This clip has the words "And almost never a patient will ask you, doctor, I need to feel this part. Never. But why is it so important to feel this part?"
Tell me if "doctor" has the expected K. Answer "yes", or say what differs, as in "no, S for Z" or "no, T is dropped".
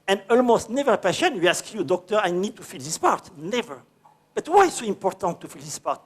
yes